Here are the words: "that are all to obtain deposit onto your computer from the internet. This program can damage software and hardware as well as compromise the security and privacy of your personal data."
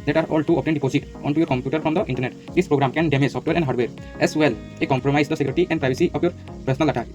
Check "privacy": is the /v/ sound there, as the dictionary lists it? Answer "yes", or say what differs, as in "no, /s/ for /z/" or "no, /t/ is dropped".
no, /b/ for /v/